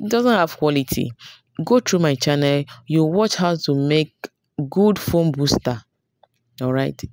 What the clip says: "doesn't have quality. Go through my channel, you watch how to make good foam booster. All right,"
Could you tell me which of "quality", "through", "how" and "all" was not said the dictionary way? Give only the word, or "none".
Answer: through